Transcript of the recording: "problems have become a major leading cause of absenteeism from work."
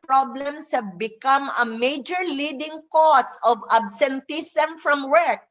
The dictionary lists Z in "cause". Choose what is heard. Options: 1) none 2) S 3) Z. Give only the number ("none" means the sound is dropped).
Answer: 2